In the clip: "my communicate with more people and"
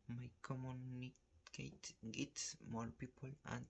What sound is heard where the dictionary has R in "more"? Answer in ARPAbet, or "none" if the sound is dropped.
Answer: L